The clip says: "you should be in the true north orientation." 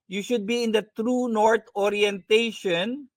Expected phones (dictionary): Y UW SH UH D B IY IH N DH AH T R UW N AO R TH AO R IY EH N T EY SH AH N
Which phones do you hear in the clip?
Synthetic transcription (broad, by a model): Y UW SH UH D B IY IH N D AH T R UW N AO R T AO R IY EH N T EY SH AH N